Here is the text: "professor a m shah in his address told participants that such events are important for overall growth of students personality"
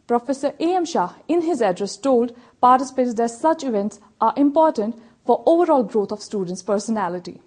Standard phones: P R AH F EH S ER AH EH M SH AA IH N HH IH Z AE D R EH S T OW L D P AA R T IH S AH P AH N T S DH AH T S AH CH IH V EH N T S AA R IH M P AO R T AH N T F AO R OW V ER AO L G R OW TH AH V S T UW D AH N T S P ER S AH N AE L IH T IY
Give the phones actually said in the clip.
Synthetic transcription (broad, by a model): P R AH F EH S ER AH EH M SH AA IH N HH IH Z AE D R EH S T OW L D P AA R T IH S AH P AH T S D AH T S AH CH IH V EH N T S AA R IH M P AO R T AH N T F AO R OW V ER AO L G R OW T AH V S T UW D AH N T S P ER S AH N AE L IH T IY